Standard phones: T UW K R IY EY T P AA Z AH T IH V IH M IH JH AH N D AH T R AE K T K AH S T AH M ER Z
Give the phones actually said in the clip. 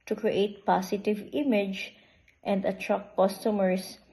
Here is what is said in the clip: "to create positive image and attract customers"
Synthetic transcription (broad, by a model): T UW K R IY EY T P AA S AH T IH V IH M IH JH AH N D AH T R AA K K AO S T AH M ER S